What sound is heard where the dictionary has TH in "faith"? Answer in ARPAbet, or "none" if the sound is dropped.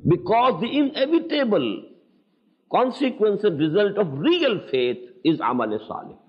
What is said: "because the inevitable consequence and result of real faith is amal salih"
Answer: T